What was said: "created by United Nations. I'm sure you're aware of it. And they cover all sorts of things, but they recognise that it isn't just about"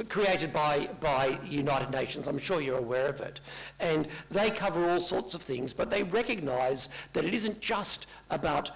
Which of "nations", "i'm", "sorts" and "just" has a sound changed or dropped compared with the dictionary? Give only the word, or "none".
none